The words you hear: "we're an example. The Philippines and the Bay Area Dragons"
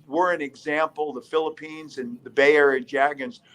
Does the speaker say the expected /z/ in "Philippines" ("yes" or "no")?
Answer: yes